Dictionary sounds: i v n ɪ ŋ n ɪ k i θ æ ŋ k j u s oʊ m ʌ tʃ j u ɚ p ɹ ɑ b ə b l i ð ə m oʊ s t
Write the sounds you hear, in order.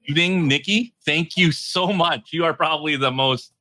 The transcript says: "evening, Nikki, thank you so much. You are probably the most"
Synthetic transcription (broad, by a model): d ɪ ŋ n ɪ k i θ æ ŋ k j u s oʊ m ʌ tʃ j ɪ ɚ p ɹ ɑ b ə b l i ð ə m oʊ s t